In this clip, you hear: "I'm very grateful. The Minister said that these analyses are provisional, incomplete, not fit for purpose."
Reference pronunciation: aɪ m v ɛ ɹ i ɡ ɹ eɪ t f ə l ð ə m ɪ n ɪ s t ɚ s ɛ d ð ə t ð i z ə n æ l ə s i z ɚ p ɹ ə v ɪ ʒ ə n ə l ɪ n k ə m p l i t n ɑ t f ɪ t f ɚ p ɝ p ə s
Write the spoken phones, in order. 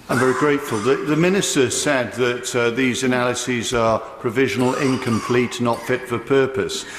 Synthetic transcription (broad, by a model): aɪ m v ɛ ɹ i ɡ ɹ eɪ t f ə l ð ə m ɪ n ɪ s t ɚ s ɛ d ð ə t ð i z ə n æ l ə s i z ɚ p ɹ ə v ɪ ʒ ə n ə l ɪ n k ə m p l i t n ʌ t f ɪ t f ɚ p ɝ p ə s